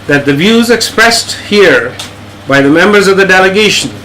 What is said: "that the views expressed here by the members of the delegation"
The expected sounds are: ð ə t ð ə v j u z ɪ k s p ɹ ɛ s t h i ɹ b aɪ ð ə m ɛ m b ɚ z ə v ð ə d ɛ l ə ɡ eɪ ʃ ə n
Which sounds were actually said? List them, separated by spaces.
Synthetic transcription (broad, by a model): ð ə t ð ə v j u z ɪ k s p ɹ ɛ s t h i ɹ b aɪ ð ə m ɛ m b ɚ z ə v ð ə d ɛ l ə ɡ eɪ ʃ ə n